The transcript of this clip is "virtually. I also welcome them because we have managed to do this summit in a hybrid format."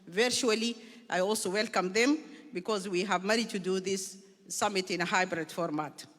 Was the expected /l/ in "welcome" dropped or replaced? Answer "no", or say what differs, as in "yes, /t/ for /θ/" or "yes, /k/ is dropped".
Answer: no